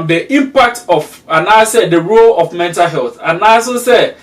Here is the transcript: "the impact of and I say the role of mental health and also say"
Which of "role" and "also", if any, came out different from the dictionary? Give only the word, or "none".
also